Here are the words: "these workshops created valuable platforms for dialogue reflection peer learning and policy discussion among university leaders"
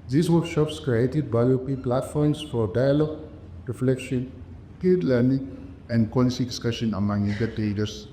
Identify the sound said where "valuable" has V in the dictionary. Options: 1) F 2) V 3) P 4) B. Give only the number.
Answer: 4